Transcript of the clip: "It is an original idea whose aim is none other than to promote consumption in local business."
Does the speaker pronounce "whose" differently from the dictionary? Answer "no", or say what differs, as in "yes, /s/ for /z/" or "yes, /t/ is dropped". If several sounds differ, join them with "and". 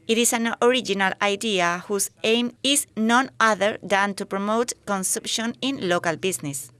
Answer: yes, /s/ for /z/